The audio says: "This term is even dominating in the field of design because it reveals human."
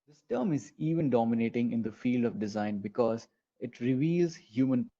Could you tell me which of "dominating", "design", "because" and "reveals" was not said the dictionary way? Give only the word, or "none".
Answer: none